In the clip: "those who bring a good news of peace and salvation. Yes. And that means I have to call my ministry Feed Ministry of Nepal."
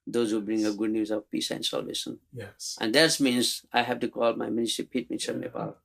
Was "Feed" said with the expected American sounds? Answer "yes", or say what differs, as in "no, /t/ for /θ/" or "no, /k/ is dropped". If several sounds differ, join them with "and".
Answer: no, /p/ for /f/